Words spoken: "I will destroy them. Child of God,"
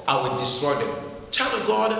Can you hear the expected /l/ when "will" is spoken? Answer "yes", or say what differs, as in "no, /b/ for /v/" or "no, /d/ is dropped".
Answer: no, /n/ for /l/